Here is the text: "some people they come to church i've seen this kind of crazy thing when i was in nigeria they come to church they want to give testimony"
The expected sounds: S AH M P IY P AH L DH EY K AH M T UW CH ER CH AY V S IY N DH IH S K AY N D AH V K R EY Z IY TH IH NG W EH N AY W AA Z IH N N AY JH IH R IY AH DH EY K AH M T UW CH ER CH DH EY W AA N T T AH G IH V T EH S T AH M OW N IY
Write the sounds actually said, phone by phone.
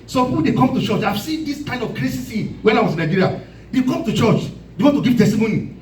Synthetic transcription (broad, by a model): S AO M P IY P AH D EY K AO M T UW CH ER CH AY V S IY N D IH S K AY N D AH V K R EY S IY S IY W EH N AY W AA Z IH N N AY JH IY R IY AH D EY K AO M T UW CH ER CH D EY W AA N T T AH G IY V T EH S T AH M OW N IY